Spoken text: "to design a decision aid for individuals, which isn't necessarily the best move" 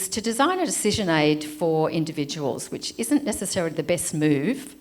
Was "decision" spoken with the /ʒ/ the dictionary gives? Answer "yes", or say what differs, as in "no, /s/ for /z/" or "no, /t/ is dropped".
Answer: yes